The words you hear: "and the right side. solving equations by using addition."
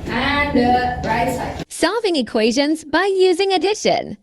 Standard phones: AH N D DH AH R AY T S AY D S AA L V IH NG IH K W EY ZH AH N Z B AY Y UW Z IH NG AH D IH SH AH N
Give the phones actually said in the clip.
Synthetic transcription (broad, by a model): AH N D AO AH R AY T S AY S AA V IH NG IH K W EY ZH AH N Z B AY Y UW Z IH NG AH D IH SH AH N